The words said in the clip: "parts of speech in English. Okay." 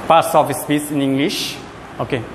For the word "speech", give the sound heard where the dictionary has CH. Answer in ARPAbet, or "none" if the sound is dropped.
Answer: S